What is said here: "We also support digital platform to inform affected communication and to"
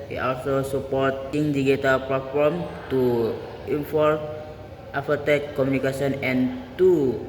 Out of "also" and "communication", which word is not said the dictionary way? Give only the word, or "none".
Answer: communication